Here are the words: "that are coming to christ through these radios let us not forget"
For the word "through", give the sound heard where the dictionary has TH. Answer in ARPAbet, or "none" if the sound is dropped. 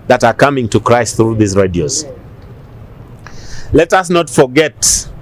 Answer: TH